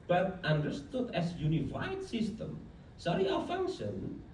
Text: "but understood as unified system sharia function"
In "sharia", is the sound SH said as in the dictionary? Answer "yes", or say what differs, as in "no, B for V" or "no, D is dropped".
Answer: no, S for SH